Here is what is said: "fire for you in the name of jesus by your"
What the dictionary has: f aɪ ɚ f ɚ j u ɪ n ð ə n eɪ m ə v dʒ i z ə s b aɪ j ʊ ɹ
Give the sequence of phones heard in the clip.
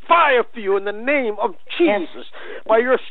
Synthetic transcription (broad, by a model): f aɪ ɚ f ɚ j u ɪ n ð ə n eɪ m ə v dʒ i z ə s b aɪ j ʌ ɹ